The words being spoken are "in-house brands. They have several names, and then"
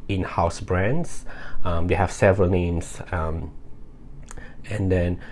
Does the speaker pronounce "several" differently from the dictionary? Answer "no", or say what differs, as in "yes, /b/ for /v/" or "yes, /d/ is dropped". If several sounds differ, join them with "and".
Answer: no